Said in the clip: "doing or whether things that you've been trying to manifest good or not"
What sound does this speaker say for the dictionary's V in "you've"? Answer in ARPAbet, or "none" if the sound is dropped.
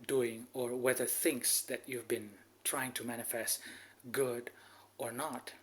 V